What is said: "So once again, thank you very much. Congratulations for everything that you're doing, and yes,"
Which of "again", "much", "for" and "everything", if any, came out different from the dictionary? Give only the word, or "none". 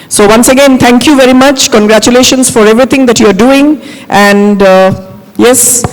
everything